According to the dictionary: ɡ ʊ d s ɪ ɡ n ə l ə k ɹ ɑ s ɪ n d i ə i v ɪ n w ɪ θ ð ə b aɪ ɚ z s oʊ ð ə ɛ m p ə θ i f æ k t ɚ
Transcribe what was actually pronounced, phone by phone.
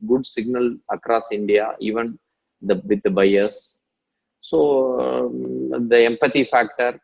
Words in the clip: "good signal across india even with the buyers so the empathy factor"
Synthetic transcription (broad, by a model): ɡ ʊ d s ɪ ɡ n ə l ə k ɹ ɑ s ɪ n d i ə i v ɪ n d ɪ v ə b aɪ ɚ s s oʊ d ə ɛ m p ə t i f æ k t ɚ